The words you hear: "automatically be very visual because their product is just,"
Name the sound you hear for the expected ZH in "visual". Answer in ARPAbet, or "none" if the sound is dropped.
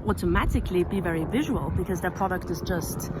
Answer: ZH